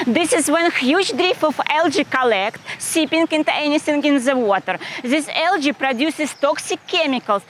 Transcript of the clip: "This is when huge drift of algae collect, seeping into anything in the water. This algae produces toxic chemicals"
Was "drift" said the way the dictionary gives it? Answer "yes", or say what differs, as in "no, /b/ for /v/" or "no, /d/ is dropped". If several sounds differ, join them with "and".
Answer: no, /t/ is dropped